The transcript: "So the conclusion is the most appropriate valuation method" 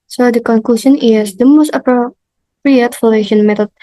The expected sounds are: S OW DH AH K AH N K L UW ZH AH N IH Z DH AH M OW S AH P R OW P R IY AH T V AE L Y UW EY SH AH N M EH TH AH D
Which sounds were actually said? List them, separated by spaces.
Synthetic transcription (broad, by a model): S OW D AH K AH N K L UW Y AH N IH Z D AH M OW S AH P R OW P R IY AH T F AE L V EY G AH N M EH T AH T